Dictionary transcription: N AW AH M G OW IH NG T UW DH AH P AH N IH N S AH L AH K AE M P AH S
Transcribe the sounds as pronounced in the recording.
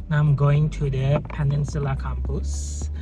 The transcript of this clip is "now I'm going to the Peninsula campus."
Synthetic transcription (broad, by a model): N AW AH M G OW IH NG T UW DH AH P AH N IH N S AH L AH K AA M P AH S